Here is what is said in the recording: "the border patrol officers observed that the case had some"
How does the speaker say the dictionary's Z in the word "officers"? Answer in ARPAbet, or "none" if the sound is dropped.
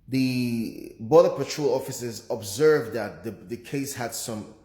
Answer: Z